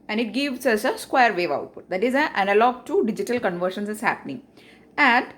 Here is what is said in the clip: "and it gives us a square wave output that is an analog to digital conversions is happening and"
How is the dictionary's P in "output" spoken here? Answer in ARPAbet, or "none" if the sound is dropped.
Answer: P